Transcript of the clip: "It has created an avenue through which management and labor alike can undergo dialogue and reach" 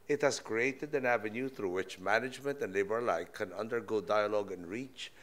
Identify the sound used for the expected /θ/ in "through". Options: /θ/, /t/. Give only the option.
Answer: /θ/